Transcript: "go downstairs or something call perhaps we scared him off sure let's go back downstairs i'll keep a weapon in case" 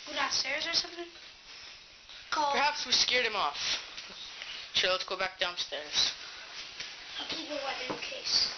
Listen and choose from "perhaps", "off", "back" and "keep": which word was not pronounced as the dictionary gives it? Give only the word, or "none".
keep